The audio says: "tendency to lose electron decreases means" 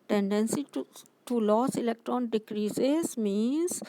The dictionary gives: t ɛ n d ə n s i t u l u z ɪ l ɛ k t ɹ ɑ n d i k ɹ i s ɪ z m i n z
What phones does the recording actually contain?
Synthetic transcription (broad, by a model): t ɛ n d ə n s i t u l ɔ s ɪ l ɛ k t ɹ ɑ n d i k ɹ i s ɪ s m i n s